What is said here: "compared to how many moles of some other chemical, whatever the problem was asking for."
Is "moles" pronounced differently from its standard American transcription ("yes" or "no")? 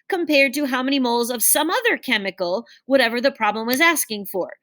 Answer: no